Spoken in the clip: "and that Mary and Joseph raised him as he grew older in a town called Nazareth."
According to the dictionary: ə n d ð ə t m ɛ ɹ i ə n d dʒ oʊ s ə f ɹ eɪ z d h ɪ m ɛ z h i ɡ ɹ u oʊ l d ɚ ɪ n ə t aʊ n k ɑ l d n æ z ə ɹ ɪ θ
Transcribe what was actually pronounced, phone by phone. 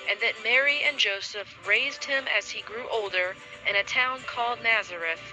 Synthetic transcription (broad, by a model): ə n ð ə t m ɛ ɹ i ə n dʒ oʊ s ə f ɹ eɪ z d h ɪ m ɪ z i ɡ ɹ u oʊ l d ɚ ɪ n ə t aʊ n k ɑ l d n æ z ə ɹ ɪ θ